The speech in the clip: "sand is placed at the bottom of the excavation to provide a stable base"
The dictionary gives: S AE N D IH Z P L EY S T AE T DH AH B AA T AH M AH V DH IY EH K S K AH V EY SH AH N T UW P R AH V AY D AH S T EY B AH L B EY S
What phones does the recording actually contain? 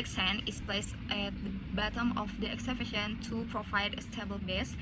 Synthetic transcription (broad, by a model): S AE N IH S P L EY S T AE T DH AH B AA T AH M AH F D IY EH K S AH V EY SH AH N T UW P R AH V AY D AH S T EY B AH L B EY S